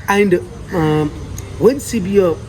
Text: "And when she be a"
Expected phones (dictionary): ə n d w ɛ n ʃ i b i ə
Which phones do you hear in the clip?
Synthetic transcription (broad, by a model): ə n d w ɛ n s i b i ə